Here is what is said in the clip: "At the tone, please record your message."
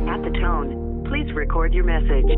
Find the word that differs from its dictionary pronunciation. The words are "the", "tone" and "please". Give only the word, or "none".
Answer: none